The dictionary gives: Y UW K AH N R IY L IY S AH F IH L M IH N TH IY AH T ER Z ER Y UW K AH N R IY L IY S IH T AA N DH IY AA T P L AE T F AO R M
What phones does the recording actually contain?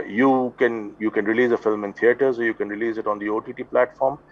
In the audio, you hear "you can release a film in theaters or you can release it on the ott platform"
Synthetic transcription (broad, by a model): Y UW K AH N R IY L IY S AH F IH L M IH N T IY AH T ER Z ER Y UW K AH N R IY L IY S IH T AA N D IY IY T P L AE T F AO R M